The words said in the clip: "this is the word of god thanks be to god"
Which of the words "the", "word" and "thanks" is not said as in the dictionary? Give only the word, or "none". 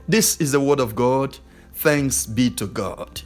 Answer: none